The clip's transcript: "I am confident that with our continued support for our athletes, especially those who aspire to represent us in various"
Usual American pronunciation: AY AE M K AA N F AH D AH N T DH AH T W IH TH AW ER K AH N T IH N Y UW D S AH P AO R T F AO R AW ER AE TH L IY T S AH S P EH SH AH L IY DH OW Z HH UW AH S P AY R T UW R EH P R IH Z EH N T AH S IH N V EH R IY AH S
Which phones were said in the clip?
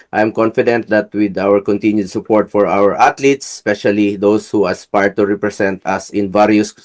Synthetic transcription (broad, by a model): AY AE M K AA N F AH D AH N T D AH T W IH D AW ER K AH N T IH N Y UW D S AH P AO R T F AO R AW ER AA T L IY T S S P EH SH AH L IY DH OW S HH UW AH S P AY R T UW R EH P R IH S EH N T AH S IH N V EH R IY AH S